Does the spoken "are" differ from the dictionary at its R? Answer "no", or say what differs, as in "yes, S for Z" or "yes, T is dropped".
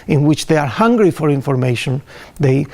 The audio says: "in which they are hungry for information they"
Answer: no